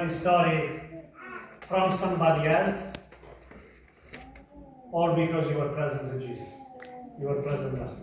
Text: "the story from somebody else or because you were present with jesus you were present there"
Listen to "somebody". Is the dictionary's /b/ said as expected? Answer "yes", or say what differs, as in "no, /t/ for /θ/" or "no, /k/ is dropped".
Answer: yes